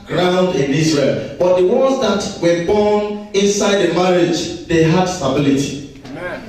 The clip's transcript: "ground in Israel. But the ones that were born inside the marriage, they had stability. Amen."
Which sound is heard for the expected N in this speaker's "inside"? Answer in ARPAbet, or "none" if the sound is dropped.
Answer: N